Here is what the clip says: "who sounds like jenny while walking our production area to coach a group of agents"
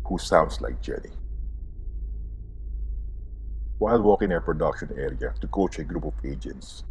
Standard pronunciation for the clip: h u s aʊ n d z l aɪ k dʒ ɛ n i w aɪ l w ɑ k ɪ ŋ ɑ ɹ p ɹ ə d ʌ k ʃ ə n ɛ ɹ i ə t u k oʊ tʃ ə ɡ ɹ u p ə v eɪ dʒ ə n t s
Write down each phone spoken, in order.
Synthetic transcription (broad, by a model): h u s aʊ n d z l aɪ k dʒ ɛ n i w aɪ l w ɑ k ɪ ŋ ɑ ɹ p ɹ ə d ʌ k ʃ ə n ɛ ɹ i ə t u k oʊ tʃ ə ɡ ɹ u p ə v eɪ dʒ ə n t s